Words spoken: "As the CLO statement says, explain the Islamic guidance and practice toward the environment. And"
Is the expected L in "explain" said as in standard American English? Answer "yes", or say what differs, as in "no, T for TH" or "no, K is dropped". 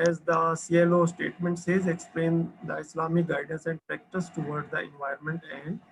yes